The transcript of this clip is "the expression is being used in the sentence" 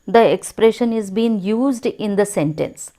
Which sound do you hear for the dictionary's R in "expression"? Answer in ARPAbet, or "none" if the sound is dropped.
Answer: R